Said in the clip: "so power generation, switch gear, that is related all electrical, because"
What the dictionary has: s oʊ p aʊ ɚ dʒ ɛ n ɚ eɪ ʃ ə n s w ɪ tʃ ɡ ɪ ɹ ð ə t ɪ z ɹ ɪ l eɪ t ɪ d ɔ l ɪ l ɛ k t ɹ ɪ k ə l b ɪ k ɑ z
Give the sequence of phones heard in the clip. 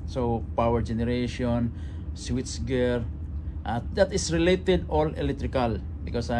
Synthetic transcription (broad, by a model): s oʊ p aʊ ɚ dʒ ɛ n ɚ eɪ ʃ ə n s w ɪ s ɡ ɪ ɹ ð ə t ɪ s ɹ ɪ l eɪ t ɪ d ɔ l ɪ l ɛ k t ɹ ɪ k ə l b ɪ k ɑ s